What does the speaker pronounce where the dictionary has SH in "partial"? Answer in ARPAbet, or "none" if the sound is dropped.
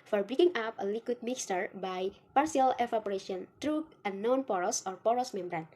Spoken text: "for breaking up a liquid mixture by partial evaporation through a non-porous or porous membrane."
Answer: S